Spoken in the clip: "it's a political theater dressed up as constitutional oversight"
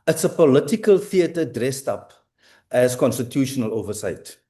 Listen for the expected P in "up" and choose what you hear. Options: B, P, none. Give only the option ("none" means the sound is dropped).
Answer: P